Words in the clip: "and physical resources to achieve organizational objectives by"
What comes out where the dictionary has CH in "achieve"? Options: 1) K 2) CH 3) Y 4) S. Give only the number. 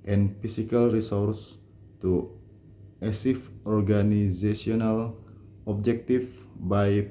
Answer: 4